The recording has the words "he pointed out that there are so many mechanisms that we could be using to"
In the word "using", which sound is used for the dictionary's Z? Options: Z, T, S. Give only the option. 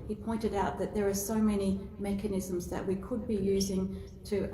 Z